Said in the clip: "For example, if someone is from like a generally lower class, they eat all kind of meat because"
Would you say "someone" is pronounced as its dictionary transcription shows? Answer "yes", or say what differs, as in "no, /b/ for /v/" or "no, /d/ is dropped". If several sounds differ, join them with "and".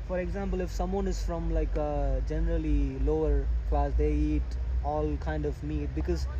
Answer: yes